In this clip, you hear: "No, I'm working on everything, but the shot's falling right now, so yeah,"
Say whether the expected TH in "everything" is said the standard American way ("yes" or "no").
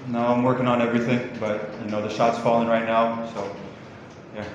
yes